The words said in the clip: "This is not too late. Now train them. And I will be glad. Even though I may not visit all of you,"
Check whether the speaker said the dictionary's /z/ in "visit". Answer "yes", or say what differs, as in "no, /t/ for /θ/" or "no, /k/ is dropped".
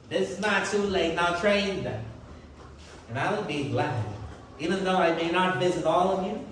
yes